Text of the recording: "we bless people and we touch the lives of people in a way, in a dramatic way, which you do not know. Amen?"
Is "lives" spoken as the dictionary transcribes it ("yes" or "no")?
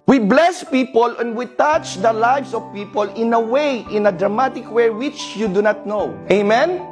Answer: no